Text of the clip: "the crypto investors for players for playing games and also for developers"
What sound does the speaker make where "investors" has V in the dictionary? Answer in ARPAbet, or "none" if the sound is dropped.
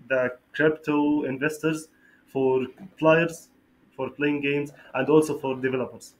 V